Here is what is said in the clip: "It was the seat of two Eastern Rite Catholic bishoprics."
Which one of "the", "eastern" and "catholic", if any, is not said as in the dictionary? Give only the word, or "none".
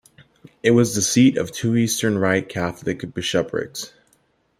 none